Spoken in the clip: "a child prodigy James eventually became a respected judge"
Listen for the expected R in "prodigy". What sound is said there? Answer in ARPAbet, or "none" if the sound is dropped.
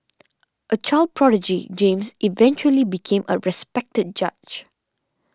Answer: R